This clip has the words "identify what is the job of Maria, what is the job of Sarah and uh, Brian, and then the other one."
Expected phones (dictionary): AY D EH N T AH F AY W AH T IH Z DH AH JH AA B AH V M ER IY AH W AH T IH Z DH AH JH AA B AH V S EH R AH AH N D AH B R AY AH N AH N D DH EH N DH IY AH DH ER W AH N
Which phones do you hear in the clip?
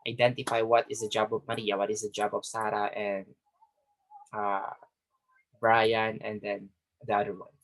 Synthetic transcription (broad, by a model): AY D EH N T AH F AY W AH T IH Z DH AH JH AA B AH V M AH IY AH W AH T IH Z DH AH JH AA B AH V S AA R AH AH N D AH B R AY AH N AH N D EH N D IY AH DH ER W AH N